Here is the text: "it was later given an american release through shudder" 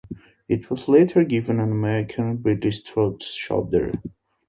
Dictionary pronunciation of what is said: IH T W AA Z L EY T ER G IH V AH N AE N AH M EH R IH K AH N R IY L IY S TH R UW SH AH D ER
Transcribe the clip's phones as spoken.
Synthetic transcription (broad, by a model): IH T W AA Z L EY T ER G IH V AH N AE N AH M EH R IH K AH N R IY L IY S T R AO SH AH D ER